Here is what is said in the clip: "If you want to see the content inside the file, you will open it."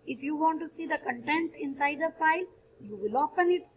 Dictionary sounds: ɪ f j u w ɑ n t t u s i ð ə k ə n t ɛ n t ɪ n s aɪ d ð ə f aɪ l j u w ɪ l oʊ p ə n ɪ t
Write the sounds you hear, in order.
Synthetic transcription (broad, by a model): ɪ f j u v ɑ n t t u s i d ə k ə n t ɛ n t ɪ n s aɪ d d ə f aɪ l j u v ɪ l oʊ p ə n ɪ t